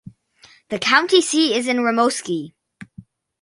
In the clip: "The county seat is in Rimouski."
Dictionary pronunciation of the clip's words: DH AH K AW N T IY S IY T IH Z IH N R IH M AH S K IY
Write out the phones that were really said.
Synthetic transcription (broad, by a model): DH AH K AW N T IY S IY IH Z IH N R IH M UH S K IY